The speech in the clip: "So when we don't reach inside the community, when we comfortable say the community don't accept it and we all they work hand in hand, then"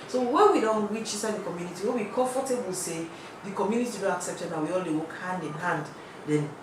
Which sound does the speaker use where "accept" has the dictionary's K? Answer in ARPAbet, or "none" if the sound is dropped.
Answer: K